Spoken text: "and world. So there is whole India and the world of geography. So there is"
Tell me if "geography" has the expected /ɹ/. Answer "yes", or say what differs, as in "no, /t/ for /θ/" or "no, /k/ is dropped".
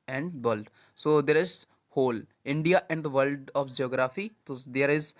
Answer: yes